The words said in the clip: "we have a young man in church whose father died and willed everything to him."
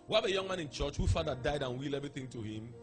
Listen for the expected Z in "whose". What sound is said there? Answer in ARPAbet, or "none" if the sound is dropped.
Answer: none